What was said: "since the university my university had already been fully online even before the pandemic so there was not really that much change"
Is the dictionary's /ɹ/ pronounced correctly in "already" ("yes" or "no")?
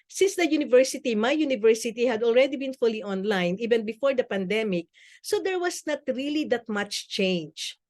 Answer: yes